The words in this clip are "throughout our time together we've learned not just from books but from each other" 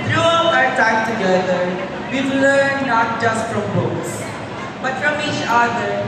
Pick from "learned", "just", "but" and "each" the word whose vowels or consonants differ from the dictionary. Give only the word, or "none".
learned